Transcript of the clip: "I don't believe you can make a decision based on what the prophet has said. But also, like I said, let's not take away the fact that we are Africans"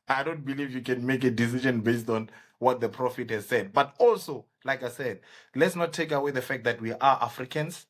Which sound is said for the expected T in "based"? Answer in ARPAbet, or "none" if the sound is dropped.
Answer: T